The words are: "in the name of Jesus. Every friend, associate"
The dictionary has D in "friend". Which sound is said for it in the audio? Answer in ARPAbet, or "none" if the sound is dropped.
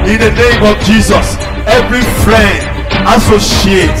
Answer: D